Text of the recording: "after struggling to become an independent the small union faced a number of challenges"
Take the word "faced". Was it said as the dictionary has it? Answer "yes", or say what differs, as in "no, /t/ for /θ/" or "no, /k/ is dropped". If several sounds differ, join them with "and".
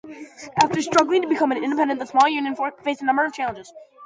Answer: no, /t/ is dropped